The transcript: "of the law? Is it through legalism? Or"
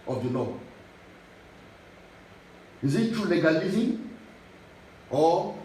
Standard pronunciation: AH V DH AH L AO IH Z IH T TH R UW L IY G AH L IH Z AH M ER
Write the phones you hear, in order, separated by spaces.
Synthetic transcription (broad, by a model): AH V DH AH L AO IH Z IH T T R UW L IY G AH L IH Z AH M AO